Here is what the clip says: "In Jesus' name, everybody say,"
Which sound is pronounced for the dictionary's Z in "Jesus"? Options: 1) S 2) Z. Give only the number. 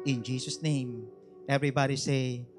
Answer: 1